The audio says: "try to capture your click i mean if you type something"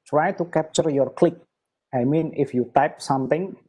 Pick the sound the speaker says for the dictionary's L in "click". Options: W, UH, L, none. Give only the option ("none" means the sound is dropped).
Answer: L